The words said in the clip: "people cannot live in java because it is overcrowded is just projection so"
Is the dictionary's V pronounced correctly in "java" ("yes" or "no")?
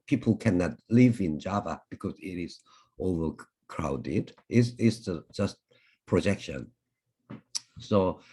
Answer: yes